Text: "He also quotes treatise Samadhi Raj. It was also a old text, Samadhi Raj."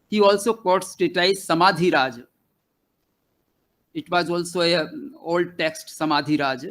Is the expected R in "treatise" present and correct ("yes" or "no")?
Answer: no